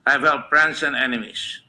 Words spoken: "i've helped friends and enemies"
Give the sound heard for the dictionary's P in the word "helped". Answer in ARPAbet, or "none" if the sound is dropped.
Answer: none